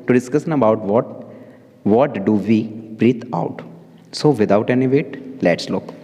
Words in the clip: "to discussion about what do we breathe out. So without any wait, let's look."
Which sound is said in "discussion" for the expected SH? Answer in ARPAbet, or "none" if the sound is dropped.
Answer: S